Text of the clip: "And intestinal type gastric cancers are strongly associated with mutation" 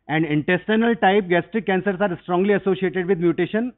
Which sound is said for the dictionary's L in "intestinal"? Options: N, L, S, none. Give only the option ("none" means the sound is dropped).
L